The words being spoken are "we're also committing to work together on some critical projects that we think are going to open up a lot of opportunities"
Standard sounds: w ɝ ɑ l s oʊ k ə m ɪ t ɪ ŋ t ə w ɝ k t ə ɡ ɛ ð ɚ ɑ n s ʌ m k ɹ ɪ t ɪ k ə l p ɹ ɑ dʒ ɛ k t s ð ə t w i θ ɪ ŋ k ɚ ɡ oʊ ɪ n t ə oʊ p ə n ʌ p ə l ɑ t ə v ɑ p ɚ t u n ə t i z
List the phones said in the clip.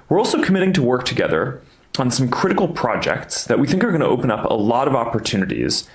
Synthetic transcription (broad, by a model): w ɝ ɑ l s oʊ k ə m ɪ t ɪ ŋ t ə w ɝ k t ə ɡ ɛ ð ɚ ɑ n s ʌ m k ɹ ɪ t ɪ k l p ɹ ɑ dʒ ɛ k t s ð ə t w i θ ɪ ŋ k ɚ ɡ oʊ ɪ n t ə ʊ p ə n ʌ p ə l ɑ t ə v ɑ p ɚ t u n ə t i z